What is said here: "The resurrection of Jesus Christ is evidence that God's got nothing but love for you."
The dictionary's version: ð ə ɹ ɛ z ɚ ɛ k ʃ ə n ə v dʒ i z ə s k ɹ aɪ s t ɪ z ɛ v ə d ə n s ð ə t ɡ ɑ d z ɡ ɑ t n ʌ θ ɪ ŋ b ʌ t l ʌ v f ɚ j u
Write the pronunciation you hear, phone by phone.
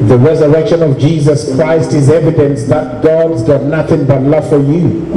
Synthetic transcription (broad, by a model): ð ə ɹ ɛ z ɚ ɛ k ʃ ə n ə v dʒ i z ə s k ɹ aɪ s t ɪ z ɛ v ə d ə n s ð ə t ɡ ɑ d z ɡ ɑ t n ʌ θ ɪ ŋ b ʌ t l ʌ v f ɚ j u